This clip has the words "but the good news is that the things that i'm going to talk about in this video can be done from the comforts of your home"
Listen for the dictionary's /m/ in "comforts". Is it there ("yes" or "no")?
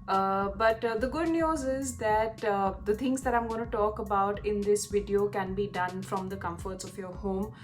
yes